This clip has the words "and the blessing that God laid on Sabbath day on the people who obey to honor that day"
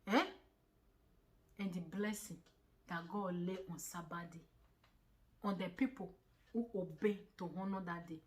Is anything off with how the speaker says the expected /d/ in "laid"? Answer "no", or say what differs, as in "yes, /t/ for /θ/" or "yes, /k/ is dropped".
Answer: yes, /d/ is dropped